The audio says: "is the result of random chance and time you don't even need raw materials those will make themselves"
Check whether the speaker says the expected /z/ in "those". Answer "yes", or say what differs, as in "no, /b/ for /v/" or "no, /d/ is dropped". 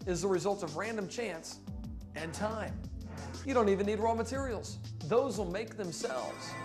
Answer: yes